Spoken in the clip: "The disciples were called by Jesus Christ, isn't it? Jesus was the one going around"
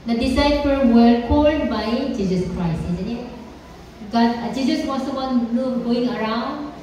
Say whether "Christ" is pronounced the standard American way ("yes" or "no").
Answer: no